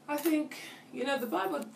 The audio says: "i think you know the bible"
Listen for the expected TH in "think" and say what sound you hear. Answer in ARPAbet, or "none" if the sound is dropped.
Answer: TH